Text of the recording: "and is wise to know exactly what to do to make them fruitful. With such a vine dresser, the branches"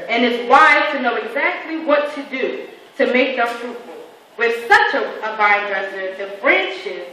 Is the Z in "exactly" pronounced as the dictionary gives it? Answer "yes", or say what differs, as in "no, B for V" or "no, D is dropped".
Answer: yes